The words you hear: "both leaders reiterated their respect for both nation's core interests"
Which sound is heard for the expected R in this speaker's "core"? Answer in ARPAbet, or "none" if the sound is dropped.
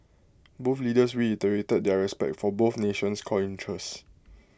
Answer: L